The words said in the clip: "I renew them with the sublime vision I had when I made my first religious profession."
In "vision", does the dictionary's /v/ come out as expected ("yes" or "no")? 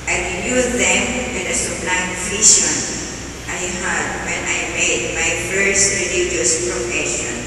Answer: no